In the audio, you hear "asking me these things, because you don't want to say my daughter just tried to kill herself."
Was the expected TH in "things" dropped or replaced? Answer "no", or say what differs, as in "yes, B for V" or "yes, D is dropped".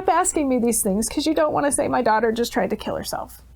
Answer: no